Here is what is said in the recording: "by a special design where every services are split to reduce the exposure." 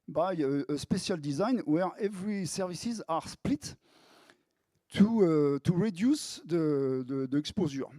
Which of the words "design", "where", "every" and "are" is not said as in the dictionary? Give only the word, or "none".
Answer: none